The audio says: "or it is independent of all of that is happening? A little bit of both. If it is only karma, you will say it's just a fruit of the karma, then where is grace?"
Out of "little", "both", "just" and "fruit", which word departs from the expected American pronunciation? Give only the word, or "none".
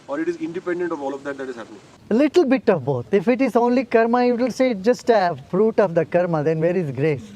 both